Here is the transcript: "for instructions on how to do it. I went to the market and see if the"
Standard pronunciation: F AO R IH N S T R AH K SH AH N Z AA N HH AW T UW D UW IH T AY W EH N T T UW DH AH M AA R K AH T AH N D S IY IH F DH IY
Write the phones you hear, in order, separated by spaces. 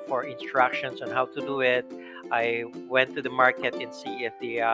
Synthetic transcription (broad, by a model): F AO R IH N S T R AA K SH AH N S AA N HH AW T UW D UW IH T AY W EH N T T UW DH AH M AA R K AH T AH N S IY IH F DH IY